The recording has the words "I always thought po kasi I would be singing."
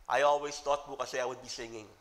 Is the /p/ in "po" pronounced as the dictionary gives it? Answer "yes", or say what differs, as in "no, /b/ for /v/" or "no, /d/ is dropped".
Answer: no, /b/ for /p/